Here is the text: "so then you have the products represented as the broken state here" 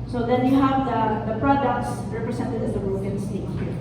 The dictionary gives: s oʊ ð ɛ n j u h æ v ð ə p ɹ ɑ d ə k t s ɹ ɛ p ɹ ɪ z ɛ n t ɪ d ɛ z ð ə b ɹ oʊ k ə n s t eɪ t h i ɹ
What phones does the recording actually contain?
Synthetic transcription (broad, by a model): s oʊ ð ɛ n j u h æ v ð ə p ɹ ɑ d ə k t s ɹ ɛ p ɹ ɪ s ɛ n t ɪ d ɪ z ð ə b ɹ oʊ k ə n s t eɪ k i